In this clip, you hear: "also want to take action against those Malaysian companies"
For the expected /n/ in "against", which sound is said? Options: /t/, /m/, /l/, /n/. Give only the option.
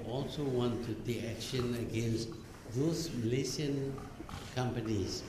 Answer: /n/